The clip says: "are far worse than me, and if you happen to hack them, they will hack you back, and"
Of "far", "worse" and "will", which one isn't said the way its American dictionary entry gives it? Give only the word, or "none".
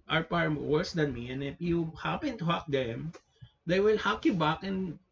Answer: far